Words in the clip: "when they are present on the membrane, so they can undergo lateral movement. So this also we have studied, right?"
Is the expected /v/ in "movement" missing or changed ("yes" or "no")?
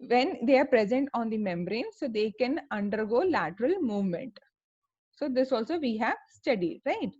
no